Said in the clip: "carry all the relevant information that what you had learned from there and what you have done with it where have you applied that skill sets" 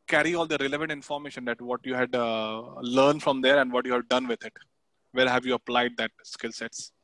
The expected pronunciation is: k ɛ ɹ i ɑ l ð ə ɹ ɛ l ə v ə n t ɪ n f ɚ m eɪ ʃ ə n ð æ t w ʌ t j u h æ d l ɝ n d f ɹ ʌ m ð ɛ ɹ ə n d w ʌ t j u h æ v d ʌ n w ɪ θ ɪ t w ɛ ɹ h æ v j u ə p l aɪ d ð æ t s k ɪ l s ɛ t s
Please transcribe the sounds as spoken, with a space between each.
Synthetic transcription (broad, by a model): k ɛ ɹ i ɑ l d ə ɹ ɛ l ə v ə n t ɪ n f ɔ m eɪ ʃ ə n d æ t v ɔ t j u h æ d l ɝ n d f ɹ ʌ m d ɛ ɹ ə n d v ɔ t j u h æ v d ʌ n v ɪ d ɪ t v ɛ l h æ v j u ə p l aɪ d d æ t s k ɪ l s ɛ t s